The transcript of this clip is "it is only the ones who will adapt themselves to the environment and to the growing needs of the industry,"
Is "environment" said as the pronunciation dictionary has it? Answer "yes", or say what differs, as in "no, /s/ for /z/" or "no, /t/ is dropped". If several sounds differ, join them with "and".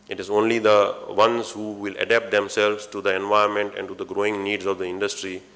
no, /ɹ/ is dropped